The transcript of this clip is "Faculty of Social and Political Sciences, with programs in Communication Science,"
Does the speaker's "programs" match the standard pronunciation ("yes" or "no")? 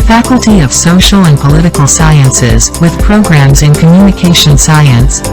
yes